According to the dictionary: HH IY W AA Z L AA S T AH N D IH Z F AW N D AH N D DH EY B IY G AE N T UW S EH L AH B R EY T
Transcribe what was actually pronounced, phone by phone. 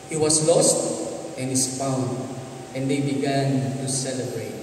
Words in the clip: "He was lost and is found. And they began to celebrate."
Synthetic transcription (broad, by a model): HH IY W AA S L AA S T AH N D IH S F AW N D AH N D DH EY B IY G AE N T UW S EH L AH B R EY T